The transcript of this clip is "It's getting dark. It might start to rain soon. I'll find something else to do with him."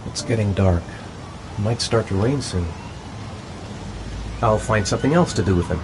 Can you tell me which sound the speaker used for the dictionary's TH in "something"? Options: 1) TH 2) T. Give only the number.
1